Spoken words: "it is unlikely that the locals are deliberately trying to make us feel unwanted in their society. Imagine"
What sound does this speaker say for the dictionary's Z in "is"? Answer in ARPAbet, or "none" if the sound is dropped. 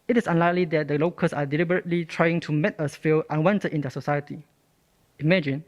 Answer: S